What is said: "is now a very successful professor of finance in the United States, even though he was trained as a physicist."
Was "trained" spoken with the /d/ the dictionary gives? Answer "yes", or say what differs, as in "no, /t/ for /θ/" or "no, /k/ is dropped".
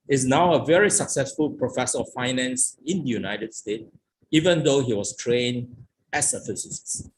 no, /d/ is dropped